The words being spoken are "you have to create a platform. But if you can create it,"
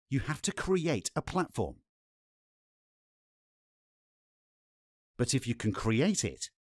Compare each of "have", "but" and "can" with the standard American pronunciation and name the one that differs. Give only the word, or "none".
have